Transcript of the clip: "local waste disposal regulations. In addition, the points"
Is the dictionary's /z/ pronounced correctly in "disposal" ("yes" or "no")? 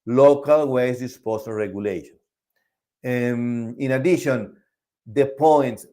no